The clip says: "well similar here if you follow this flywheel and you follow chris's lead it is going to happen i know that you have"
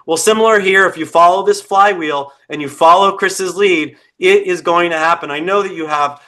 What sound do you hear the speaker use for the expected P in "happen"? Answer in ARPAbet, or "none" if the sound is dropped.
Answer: P